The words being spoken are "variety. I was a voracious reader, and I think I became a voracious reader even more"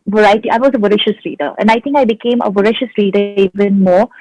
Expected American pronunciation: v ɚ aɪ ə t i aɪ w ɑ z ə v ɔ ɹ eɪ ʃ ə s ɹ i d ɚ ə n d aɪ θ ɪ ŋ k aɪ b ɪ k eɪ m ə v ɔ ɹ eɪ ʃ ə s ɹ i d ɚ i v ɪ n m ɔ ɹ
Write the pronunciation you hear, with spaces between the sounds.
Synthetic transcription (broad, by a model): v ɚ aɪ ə t i aɪ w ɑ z ə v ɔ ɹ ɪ ʃ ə s ɹ i d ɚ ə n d aɪ t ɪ ŋ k aɪ b ɪ k eɪ m ə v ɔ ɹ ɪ ʃ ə s ɹ i d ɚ i v ɪ n m ɔ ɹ